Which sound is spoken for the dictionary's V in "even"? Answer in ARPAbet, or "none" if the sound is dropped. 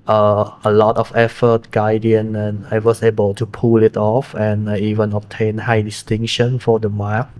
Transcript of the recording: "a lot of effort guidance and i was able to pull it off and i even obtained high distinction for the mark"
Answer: V